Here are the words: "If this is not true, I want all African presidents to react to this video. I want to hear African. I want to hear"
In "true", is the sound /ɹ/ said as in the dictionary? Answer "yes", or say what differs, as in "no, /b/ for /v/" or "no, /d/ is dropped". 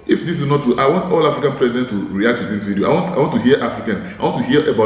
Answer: no, /ɹ/ is dropped